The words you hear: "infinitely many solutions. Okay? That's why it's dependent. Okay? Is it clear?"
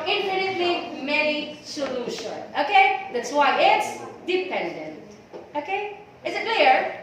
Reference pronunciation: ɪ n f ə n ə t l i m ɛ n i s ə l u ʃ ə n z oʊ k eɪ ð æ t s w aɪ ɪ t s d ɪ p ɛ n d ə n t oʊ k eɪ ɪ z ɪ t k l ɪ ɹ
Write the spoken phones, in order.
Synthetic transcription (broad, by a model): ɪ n f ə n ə t l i m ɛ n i s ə l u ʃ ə n oʊ k eɪ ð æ t s w aɪ ɪ t s d ɪ p ɛ n d ə n t oʊ k eɪ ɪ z ɪ t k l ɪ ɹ